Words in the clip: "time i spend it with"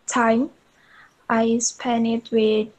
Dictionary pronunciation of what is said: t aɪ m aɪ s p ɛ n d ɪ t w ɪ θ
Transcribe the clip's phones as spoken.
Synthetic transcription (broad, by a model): t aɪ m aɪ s p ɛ n ɪ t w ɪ